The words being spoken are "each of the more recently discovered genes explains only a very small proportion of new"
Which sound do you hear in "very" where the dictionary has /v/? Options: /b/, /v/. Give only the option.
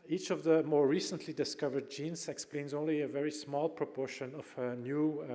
/v/